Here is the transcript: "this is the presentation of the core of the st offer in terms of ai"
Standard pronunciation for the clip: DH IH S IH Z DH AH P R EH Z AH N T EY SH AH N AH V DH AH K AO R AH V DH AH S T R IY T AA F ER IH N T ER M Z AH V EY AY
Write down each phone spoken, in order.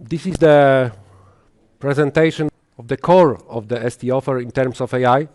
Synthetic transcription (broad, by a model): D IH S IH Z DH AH P R EH Z AH N T EY SH AH N AH V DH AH K AO R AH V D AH S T IY AA F ER IH N T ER M S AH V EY AY